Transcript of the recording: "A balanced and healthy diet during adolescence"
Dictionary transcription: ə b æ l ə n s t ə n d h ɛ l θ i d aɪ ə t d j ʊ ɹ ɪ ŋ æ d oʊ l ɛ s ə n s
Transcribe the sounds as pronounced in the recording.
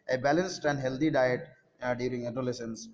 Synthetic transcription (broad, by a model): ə b æ l ə n s t ə n d h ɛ l t i d aɪ ə t d j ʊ ɹ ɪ ŋ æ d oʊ l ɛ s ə n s